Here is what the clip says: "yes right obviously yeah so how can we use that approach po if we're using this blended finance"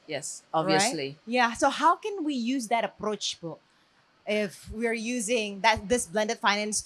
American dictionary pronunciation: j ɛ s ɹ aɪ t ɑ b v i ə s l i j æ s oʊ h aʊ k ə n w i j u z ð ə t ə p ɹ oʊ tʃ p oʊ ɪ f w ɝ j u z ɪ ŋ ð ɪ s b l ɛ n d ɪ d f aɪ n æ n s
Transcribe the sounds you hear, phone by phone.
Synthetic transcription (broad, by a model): j ɛ s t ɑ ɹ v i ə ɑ l i j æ s oʊ h aʊ k ə n w i j u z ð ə t ə p ɹ oʊ tʃ b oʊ ɪ f w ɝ j u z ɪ ŋ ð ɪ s b l ɛ n d ɪ d f aɪ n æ n s